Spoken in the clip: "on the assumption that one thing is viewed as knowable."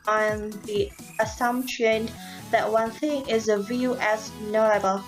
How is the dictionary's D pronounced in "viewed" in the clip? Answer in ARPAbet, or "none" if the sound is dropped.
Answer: none